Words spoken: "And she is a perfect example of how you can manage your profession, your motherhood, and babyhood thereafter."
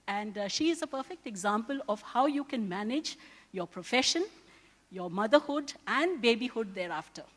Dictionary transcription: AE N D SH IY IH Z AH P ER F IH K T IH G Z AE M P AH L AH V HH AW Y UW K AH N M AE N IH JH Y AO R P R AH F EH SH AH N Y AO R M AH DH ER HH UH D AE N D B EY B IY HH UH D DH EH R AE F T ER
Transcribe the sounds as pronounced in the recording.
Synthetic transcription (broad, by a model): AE N D SH IY IH Z AH P ER F IH K T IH G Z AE M P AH L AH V HH AW Y UW K AH N M AE N IH JH Y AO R P R AH F EH SH AH N Y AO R M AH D ER HH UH D AE N D B EY B IY HH UH D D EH R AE F T ER